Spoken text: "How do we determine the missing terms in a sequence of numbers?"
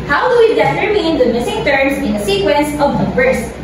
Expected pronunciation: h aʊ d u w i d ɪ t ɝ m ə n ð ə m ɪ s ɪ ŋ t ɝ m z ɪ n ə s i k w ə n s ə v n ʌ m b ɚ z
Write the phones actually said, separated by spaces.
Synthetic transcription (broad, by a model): h aʊ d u w i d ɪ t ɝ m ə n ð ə m ɪ s ɪ ŋ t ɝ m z ɪ n ə s i k w ə n s ə v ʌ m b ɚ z